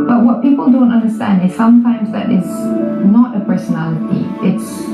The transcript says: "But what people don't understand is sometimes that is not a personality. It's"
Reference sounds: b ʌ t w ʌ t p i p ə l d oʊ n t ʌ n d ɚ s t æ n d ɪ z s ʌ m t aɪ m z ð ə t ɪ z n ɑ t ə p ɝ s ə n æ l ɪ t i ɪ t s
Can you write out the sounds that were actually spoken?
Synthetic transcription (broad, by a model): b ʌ t w ʌ t p i p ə l d oʊ n t ʌ n d ɚ s t æ n d ɪ z s ʌ m t aɪ m z ð ə t ɪ z n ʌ t ə p ɝ s ə n æ l ɪ t i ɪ t s